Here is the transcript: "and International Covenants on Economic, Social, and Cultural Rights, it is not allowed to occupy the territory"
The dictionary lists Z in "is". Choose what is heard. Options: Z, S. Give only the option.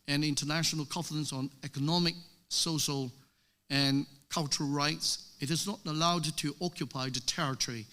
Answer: Z